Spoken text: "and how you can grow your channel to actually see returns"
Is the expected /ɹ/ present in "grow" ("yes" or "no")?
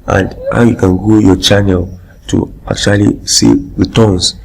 no